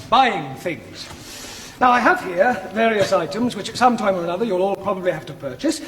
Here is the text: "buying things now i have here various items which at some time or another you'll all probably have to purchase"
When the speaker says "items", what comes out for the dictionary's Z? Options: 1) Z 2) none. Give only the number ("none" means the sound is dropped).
1